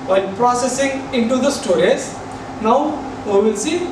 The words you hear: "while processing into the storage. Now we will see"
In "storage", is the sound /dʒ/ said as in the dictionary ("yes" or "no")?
no